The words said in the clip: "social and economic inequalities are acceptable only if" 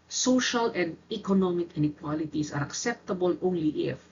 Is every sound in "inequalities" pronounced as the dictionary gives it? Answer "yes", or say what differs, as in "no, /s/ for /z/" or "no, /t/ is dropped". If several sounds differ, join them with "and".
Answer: no, /s/ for /z/